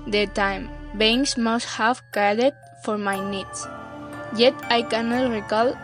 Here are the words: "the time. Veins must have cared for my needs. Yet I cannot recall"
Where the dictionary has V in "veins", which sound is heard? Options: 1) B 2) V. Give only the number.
1